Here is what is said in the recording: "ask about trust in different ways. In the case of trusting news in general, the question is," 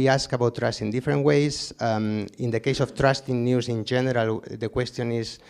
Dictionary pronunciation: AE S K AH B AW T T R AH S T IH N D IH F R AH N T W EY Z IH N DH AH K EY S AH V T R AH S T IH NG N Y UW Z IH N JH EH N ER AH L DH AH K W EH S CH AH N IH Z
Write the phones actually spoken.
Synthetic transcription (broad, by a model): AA S K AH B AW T T R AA S T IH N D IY F R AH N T W EY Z IH N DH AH K EY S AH F T R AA S T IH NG N Y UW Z IH N JH EH N ER AH L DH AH K W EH S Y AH N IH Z